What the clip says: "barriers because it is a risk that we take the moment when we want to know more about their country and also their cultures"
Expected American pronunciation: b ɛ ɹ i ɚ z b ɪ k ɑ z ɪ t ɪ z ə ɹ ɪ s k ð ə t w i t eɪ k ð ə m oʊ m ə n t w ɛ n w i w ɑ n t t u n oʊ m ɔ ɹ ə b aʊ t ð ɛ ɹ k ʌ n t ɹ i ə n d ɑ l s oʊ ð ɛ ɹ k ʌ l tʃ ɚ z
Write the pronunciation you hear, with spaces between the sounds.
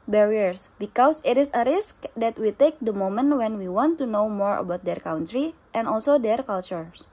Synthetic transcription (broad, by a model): b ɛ ɹ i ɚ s b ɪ k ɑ s ɪ t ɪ s ə ɹ ɪ s k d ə t w i t eɪ k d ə m oʊ m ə n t w ɛ n w i w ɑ n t t u n oʊ m ɔ ɹ ə b aʊ t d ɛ ɹ k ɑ n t ɹ i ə n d ɑ l s oʊ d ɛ ɹ k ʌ l tʃ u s